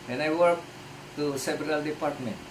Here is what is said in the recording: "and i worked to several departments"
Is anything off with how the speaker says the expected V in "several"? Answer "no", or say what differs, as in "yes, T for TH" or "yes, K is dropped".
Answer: yes, B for V